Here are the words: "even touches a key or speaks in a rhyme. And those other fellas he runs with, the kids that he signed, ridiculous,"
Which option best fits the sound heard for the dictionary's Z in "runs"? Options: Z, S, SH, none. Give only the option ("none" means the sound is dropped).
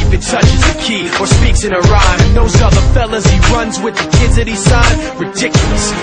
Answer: Z